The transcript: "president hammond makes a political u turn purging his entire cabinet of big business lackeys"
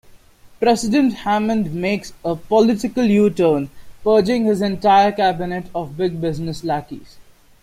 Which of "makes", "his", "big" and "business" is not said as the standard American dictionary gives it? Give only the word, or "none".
none